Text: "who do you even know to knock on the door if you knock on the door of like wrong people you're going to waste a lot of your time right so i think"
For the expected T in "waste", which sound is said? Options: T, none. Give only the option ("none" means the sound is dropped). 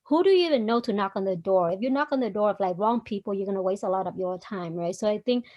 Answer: T